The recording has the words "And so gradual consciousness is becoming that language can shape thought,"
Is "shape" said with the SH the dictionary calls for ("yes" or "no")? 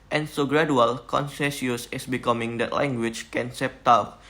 no